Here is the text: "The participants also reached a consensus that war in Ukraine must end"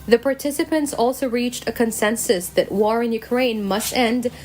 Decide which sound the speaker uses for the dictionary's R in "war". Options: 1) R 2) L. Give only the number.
1